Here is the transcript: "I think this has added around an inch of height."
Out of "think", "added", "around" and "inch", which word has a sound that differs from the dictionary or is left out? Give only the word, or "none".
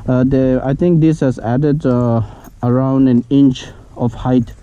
think